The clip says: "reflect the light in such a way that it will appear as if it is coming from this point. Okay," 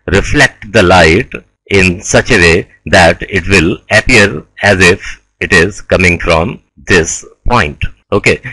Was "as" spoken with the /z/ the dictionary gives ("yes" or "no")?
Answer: yes